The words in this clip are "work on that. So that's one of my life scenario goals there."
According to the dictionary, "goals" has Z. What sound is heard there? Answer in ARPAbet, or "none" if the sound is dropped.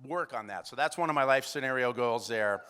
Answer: Z